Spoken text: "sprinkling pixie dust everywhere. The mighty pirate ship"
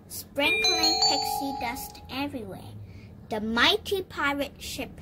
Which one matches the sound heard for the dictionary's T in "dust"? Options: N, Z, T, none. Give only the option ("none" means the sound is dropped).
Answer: T